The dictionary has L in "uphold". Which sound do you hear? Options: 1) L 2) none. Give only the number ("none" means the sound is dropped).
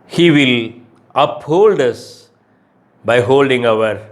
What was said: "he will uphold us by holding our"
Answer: 1